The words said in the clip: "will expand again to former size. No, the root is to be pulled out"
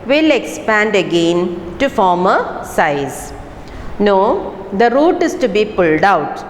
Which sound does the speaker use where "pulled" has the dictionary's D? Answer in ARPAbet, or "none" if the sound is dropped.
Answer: D